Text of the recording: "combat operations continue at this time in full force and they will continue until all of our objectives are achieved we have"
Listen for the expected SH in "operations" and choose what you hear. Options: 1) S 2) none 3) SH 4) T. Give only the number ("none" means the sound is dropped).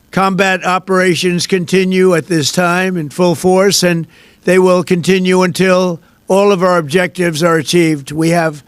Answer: 3